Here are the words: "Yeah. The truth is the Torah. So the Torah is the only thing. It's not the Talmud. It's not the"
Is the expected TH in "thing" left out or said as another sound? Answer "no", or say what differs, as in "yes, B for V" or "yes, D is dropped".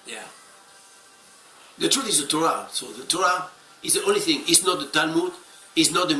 no